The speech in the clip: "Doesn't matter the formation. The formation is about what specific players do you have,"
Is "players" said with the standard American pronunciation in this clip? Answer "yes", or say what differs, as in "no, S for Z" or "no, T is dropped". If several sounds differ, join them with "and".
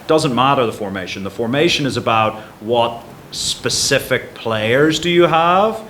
yes